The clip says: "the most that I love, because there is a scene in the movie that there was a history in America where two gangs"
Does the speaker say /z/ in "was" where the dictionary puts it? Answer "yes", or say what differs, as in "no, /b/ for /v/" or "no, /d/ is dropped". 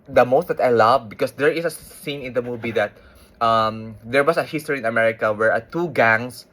no, /s/ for /z/